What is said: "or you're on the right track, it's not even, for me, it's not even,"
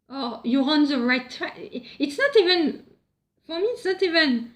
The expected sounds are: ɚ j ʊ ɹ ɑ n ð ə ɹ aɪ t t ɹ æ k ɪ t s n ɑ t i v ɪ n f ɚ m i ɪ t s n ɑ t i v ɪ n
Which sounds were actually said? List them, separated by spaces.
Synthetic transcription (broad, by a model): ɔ j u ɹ ɑ n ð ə ɹ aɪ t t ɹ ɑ ɪ t s n ɑ t i v ɪ n f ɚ m i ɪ t s n ɑ t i v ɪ n